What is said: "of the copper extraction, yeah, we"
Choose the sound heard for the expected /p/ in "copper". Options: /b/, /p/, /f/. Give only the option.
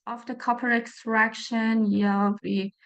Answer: /p/